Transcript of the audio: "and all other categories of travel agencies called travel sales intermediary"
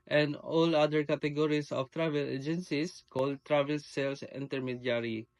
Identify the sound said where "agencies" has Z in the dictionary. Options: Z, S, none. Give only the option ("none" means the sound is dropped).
S